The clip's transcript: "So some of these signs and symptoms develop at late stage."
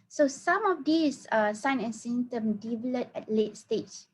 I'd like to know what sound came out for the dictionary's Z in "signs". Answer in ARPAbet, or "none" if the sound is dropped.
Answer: none